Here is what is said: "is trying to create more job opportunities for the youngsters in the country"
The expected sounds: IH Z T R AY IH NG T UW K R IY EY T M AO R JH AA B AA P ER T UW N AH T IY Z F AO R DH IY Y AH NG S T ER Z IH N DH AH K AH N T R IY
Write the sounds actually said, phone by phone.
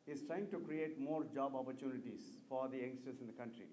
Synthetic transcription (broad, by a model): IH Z T R AY IH NG T UW K R IY EY T M AO R JH AA B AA P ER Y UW N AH T IY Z F AO R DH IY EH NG S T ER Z IH N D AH K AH N T R IY